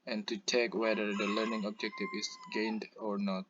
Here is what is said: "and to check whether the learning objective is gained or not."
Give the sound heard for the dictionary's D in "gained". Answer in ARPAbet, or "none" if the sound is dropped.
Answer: D